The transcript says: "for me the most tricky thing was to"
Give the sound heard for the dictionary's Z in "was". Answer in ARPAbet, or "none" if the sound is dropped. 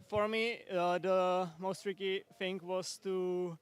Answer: S